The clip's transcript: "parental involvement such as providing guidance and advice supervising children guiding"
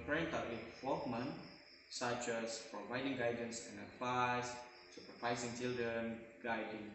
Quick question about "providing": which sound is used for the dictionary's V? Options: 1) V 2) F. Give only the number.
1